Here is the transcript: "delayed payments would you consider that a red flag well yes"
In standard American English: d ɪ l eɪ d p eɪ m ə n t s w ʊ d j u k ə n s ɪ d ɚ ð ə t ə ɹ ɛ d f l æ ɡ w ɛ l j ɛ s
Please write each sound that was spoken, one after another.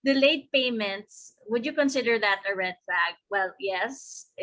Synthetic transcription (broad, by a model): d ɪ l eɪ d p eɪ m ə n t s w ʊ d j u k ə n s ɪ d ɚ ð ə t ə ɹ ɛ d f æ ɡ w ɛ l j ɛ s